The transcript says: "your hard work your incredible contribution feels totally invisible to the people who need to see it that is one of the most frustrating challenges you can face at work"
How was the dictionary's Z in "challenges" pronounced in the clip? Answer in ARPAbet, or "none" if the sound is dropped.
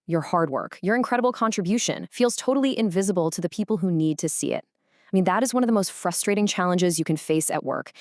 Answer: Z